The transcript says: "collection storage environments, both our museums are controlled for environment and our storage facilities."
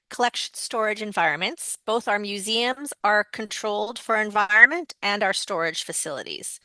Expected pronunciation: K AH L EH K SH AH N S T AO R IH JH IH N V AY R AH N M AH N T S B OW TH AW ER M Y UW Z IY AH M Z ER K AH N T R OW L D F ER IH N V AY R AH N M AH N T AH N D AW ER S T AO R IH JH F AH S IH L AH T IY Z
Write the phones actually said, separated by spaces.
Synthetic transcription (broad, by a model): K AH L EH K SH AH N S T AO R IH JH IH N V AY R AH N M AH N T S B OW TH AW ER M Y UW Z IY AH M Z ER K AH N T R OW L D F ER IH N V AY R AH N M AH N T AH N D AW ER S T AO R IH JH F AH S IH L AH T IY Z